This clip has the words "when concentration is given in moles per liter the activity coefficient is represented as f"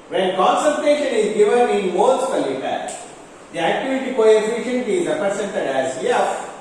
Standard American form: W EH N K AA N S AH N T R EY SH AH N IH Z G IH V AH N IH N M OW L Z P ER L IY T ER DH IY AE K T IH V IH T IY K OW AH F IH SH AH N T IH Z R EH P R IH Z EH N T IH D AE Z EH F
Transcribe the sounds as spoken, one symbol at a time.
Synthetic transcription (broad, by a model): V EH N K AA N S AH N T EY SH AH N IH Z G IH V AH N IH N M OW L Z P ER L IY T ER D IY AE K T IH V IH T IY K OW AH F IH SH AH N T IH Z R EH P R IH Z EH N T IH D AE Z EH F